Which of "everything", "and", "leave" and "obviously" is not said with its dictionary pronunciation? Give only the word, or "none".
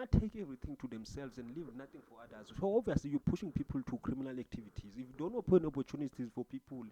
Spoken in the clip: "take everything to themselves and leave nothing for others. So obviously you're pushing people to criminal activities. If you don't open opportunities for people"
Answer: everything